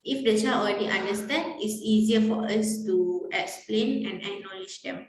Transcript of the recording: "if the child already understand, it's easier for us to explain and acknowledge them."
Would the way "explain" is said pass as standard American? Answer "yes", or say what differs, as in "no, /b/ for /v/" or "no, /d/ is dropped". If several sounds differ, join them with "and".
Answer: yes